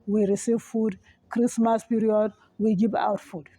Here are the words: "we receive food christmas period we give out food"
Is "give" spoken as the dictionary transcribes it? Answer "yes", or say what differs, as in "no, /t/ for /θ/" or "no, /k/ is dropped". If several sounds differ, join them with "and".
no, /b/ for /v/